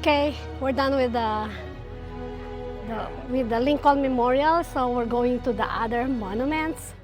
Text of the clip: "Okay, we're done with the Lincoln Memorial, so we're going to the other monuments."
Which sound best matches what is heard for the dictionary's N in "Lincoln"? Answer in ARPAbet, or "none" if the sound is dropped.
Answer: L